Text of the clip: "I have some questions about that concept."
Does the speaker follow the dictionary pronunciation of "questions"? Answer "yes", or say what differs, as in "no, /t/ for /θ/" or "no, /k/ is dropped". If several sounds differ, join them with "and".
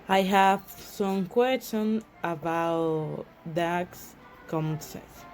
no, /z/ is dropped